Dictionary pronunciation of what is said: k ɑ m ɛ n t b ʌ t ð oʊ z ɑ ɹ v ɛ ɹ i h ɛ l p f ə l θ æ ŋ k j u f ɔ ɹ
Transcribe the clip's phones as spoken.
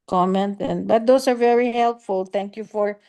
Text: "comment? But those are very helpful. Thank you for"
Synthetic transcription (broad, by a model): k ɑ m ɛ n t b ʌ t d oʊ s ɑ ɹ v ɛ ɹ i h ɛ l p f ə l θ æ ŋ k j u f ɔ ɹ